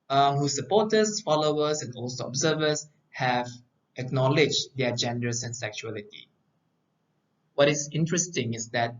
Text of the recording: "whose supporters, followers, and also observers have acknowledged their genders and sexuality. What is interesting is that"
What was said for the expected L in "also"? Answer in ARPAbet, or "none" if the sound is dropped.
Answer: L